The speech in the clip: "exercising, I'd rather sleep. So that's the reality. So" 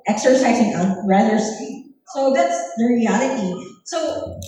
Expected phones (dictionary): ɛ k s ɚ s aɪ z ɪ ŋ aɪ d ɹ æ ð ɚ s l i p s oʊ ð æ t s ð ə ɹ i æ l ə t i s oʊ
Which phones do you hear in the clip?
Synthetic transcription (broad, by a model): ɛ k s ɚ s aɪ z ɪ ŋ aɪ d ɹ æ ð ɚ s i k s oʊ ð æ t s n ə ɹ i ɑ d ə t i s oʊ